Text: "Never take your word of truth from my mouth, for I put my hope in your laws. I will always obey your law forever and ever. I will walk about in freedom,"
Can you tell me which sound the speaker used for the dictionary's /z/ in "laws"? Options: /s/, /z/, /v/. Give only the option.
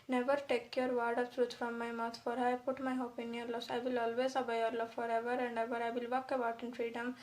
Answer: /s/